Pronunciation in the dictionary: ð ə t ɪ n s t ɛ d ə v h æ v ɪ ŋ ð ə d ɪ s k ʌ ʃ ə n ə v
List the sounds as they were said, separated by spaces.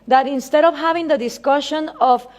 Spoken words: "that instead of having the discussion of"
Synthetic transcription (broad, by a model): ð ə t ɪ n s t ɛ d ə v h æ v ɪ ŋ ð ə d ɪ s k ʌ ʃ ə n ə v